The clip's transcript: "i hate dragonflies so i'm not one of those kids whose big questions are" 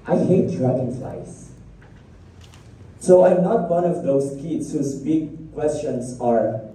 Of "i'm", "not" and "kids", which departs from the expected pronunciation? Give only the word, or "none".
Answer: kids